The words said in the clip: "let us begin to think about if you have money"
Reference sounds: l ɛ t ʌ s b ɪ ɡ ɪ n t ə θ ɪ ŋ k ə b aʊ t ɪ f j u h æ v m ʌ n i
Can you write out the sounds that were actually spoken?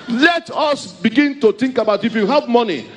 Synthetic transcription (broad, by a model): l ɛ t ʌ s b ɪ ɡ ɪ n t ə t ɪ ŋ k ə b aʊ t ɪ f j u h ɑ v m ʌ n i